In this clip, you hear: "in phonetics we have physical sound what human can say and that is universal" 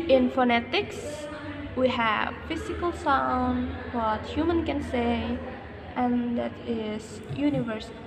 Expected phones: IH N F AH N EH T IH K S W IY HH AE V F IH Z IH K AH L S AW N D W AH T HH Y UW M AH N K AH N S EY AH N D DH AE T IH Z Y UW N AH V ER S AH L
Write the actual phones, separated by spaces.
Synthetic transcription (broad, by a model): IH N F AH N EH T IH K S W IY HH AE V F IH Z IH K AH L S AW N D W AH T HH Y UW M AH N K AH N S EY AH N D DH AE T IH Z Y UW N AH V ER S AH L